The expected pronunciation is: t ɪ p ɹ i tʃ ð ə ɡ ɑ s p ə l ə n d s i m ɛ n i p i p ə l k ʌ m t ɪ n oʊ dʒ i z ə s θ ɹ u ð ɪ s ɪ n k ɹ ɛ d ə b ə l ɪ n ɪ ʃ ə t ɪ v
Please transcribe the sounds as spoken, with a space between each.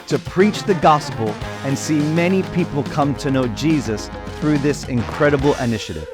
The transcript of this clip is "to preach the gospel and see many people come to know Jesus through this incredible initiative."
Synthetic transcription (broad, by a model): t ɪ p ɹ i tʃ ð ə ɡ ɑ s p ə l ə n s i m ɛ n i p i p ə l k ʌ m t ɪ n oʊ dʒ i z ə s θ ɹ u ð ɪ s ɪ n k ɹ ɛ d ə b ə l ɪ n ɪ ʃ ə t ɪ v